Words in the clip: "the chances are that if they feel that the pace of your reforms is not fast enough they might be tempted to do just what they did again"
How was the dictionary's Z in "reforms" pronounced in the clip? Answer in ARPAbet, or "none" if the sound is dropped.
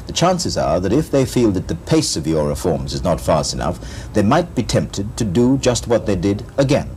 Z